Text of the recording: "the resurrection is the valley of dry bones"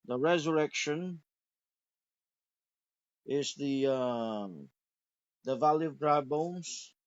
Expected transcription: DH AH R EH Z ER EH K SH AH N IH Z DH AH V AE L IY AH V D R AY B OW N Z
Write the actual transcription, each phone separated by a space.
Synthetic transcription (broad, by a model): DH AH R EH Z ER EH K SH AH N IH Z DH AH V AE L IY AH V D R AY B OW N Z